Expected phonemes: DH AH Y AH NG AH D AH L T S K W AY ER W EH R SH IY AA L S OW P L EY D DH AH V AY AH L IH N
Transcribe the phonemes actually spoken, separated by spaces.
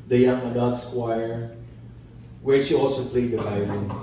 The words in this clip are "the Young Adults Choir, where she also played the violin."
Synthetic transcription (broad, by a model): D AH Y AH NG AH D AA T S K W AY ER W EH R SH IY AA L S OW P L EY D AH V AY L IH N